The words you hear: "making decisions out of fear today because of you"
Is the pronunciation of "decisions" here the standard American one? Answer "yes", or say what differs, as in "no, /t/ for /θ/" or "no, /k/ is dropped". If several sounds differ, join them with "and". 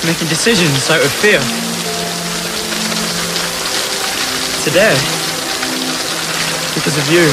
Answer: yes